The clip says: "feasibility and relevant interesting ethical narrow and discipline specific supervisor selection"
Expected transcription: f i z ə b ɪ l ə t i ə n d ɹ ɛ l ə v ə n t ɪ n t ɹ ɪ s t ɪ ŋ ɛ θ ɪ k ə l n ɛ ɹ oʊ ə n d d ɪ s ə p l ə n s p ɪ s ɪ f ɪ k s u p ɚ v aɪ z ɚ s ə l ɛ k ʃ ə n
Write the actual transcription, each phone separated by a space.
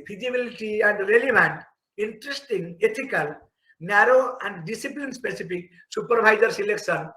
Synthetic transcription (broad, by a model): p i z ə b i l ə t i ə n d ɹ ɛ l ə b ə n t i n t ɹ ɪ s t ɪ ŋ ɛ t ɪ k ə l n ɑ ɹ oʊ ə n d d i s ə p l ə n s p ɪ s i p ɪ k s u p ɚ b aɪ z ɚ s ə l ɛ k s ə n